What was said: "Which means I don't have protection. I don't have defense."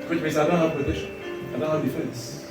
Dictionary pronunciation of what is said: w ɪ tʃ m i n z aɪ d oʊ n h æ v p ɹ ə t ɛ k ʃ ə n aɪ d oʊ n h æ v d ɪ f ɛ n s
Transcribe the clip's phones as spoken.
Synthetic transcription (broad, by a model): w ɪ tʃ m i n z aɪ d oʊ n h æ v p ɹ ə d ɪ ʃ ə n aɪ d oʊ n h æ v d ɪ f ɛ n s